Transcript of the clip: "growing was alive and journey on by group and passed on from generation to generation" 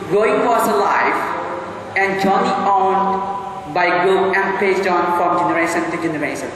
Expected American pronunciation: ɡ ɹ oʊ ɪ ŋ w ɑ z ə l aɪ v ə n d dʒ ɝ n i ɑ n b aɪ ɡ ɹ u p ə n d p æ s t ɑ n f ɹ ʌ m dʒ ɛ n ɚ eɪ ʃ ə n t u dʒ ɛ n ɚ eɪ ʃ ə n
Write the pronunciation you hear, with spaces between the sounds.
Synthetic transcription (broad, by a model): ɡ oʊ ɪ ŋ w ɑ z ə l aɪ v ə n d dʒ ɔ n i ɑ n b aɪ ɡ ɔ ə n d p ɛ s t ɑ n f ɹ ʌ m dʒ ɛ n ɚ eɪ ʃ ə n t u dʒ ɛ n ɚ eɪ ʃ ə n